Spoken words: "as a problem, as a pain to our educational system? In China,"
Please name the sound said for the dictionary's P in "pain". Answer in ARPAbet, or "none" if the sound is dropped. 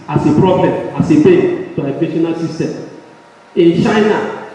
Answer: B